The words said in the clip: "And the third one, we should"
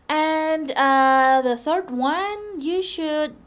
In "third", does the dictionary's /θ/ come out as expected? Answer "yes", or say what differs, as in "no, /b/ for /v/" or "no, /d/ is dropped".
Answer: yes